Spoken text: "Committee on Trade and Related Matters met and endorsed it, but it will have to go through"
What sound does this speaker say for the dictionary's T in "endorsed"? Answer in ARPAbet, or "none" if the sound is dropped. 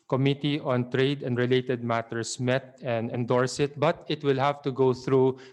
none